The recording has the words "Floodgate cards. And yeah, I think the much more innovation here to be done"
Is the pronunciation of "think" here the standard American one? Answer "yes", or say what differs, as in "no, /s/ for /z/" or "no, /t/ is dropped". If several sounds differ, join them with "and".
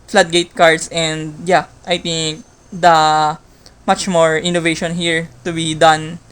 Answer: no, /t/ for /θ/